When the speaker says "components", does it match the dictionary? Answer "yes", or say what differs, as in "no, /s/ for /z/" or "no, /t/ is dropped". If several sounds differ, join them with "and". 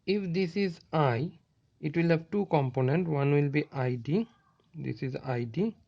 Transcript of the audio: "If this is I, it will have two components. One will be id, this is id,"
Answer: no, /s/ is dropped